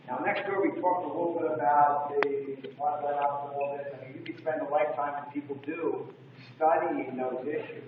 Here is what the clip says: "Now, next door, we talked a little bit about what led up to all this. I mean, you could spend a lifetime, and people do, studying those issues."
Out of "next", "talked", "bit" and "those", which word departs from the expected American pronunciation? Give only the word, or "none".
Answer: none